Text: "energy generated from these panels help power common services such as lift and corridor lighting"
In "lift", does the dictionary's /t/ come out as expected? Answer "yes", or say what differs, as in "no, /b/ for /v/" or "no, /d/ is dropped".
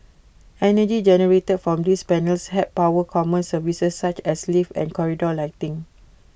no, /t/ is dropped